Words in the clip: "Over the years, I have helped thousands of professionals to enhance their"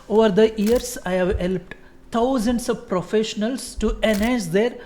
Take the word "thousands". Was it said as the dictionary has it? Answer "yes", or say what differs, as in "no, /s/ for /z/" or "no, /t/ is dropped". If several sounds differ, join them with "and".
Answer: no, /t/ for /θ/ and /s/ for /z/